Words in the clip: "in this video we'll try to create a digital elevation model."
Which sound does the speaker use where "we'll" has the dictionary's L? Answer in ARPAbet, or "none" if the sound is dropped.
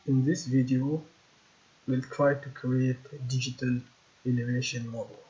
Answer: L